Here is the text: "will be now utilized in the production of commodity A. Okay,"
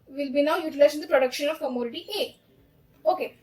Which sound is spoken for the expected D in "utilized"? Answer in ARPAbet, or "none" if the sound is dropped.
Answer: none